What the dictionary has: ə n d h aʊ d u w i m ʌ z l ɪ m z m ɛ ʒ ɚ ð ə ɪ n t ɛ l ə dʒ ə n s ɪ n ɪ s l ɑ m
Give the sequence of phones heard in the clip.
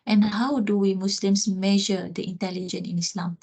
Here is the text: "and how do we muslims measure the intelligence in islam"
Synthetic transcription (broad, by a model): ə n h aʊ d u w i m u s l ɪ m s m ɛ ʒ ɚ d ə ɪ n t ɛ l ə dʒ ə n ɪ n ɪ s l ɑ m